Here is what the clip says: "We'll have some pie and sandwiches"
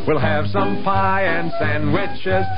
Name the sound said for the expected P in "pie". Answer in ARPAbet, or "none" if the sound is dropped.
P